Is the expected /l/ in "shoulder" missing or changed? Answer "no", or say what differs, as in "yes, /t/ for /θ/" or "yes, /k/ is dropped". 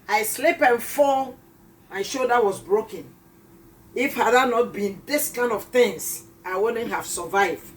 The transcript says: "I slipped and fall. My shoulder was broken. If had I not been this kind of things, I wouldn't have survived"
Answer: yes, /l/ is dropped